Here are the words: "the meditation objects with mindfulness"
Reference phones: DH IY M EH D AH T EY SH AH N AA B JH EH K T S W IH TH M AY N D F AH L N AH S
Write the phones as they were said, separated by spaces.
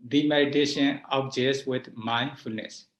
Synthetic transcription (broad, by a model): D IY M EH D AH T EY SH AH N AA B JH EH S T W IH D M AY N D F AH L N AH S